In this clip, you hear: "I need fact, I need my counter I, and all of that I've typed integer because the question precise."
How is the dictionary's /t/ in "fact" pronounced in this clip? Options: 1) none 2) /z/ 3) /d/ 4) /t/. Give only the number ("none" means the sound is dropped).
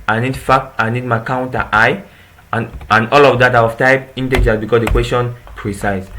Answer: 1